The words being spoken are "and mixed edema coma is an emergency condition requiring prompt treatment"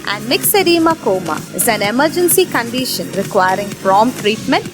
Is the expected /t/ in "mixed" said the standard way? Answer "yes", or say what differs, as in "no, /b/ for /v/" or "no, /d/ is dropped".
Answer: no, /t/ is dropped